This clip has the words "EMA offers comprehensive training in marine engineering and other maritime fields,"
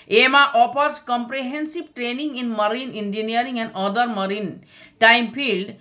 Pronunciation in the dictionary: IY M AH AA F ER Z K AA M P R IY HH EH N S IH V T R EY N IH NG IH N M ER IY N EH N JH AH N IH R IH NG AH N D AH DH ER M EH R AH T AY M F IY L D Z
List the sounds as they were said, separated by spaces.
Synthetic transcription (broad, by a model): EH M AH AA P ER S K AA M P R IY HH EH N S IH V T R EY N IH NG IH N M ER IY N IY N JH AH N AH R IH NG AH N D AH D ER M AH R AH T AY M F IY L D